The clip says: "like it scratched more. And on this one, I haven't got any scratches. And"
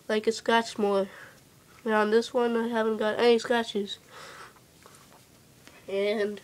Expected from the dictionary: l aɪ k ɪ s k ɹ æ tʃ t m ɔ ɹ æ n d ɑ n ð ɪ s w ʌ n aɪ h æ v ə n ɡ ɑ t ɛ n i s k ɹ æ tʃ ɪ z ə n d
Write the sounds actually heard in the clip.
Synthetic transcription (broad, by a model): l aɪ k ɪ s k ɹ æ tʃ m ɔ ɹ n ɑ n ð ɪ s w ʌ n aɪ h æ v ə n ɡ ɑ t ɛ n i s k æ tʃ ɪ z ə n